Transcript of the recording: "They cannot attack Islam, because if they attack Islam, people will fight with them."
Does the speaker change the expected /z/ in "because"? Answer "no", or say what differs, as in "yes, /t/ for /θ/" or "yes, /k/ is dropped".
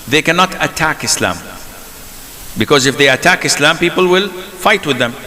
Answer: no